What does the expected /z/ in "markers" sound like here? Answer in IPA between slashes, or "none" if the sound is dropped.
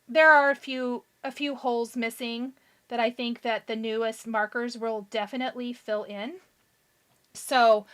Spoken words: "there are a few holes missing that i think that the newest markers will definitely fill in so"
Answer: /z/